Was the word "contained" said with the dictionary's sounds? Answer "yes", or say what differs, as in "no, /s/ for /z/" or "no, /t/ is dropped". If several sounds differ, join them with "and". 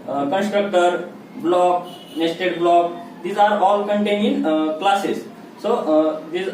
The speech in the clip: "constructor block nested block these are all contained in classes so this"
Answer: no, /d/ is dropped